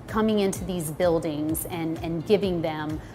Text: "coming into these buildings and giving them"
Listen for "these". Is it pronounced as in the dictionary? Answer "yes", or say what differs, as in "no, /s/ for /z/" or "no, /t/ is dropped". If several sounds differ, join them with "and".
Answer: yes